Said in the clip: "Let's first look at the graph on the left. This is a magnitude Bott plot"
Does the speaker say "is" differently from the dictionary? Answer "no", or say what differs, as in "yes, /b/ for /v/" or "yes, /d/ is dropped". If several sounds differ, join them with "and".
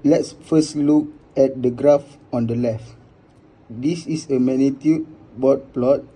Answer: yes, /s/ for /z/